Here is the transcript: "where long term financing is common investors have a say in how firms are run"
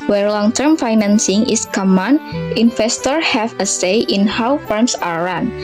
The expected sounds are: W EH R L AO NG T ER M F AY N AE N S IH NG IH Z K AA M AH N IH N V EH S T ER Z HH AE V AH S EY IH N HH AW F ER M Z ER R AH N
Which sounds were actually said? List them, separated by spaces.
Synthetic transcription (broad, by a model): W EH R L AO NG T ER M F AY N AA N S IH NG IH S K AA M AH N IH N F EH S T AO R HH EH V AH S EY IH N HH AW F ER M S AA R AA N